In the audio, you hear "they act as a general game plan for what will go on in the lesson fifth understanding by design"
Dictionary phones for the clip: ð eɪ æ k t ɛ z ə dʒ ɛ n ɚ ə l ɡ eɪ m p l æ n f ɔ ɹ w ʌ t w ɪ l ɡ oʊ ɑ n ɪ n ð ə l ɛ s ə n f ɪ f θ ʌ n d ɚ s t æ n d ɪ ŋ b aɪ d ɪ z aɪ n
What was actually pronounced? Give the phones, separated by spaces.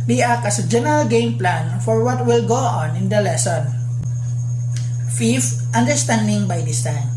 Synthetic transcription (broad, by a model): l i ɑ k ʌ s ə dʒ ɛ n ɚ ə l ɡ eɪ m p l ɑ n f ɔ ɹ w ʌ t w ɪ l ɡ oʊ ɑ n ɪ n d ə l ɛ s ə n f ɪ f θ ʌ n d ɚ s t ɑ n d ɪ ŋ b aɪ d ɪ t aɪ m